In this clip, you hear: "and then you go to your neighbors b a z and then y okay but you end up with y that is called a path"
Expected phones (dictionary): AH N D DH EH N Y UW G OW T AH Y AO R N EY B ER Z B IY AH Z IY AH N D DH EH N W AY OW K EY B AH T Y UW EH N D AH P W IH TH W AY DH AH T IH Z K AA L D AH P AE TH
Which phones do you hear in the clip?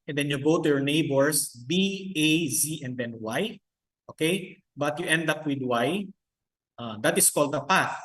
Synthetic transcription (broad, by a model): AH N D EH N Y UW G OW T AH Y AO R N EY B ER S B IY AH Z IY AH N D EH N W AY OW K EY B AH T Y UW EH N D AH P W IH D W AY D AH T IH S K AA L D AH P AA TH